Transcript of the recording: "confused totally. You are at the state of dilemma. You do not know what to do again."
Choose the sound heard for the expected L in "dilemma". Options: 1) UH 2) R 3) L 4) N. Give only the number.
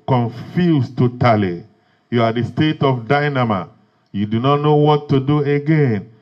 4